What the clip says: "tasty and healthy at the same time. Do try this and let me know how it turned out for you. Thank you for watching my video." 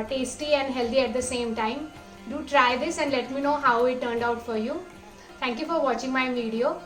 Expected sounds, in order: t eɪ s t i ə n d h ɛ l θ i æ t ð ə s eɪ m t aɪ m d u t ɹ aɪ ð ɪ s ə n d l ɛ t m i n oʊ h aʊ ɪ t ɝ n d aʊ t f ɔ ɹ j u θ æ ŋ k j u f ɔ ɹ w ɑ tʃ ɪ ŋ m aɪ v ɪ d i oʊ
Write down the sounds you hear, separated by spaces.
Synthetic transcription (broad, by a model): t eɪ s t i ə n d h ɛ l t i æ t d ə s eɪ m t aɪ m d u t ɹ aɪ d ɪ s ə n d l ɛ t m i n oʊ h aʊ ɪ t ɝ n d aʊ t f ɔ ɹ j u t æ ŋ k j u f ɔ ɹ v ɑ tʃ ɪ ŋ m aɪ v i d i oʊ